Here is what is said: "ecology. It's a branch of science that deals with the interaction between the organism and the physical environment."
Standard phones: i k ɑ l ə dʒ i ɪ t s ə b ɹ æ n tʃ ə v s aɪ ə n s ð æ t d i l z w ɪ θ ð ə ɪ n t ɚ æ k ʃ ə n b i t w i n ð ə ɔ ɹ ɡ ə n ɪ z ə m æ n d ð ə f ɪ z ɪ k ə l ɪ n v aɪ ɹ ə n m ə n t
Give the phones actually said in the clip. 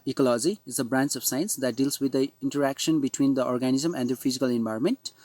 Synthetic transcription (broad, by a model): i k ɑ l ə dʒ i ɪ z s ə b ɹ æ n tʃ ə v s aɪ ə n s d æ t d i l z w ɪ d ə ɪ n t ɚ æ k ʃ ə n b i t w i n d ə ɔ ɹ ɡ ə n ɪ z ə m æ n d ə f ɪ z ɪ k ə l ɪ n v aɪ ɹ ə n m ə n t